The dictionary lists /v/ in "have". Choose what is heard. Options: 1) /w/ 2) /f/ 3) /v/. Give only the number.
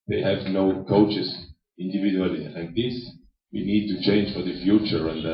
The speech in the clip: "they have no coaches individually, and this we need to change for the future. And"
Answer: 3